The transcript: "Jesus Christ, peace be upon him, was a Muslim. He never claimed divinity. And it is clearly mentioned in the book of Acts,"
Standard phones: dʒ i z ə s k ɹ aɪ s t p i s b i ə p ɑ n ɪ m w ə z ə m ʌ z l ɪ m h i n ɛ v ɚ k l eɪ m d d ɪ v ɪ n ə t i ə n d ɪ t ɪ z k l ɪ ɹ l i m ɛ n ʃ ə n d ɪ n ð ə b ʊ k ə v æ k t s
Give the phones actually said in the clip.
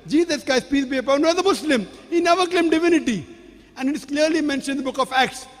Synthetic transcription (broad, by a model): dʒ i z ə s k aɪ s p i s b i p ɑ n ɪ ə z ə m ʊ s l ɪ m h i n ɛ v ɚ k l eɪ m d d ɪ v ɪ n ə t i ə n d ɪ t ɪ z k l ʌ ɹ l i m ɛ n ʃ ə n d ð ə b ʊ k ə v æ k t s